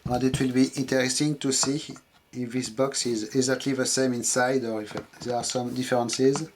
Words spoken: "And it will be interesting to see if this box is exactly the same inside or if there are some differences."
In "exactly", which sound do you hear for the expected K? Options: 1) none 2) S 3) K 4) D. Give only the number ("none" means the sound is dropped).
1